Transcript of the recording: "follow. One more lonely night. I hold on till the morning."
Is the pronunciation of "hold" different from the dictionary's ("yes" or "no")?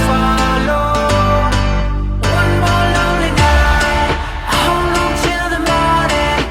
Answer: yes